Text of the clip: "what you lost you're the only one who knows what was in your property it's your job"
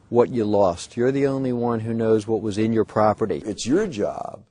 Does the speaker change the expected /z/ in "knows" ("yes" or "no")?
no